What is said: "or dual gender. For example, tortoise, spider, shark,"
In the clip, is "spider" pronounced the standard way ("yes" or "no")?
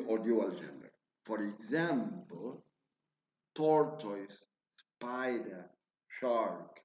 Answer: yes